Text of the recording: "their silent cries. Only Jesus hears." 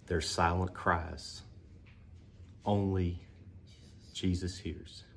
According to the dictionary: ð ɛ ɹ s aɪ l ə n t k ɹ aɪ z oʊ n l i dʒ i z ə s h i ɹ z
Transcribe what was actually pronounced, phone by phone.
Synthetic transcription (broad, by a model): ð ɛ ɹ s aɪ l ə n k ɹ aɪ z oʊ n l i dʒ i z ə s h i ɹ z